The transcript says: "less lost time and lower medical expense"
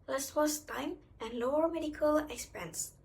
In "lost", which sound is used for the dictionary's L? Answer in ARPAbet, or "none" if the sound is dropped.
W